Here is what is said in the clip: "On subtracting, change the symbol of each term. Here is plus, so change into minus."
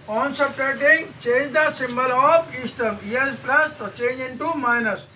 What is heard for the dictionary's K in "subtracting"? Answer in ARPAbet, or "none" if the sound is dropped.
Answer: none